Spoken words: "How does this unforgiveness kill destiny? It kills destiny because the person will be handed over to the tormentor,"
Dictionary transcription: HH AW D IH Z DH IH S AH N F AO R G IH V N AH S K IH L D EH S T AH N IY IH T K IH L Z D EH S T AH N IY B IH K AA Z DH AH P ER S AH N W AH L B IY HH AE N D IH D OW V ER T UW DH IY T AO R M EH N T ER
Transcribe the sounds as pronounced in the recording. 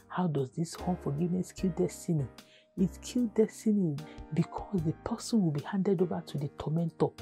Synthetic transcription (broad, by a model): HH AW D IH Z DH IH S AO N F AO G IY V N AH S K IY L D EH S T AH N IY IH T K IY L D EH S T AH N IY B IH K AA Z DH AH P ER S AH N W AH L B IY HH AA N D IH D OW V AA T UW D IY T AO M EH N T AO